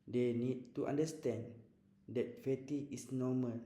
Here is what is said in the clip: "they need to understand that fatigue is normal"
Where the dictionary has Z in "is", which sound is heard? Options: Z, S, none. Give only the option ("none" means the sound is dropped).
S